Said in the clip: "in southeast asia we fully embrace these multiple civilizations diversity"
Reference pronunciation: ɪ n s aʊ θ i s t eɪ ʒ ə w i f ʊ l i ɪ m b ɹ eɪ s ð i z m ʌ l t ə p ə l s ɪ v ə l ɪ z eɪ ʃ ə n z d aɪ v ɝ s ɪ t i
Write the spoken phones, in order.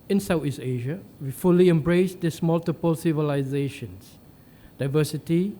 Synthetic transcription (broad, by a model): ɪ n s aʊ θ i s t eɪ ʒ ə w i f ʊ l i ɪ m b ɹ eɪ s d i s m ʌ l t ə p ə l s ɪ v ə l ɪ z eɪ ʃ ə n s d aɪ v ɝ s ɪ t i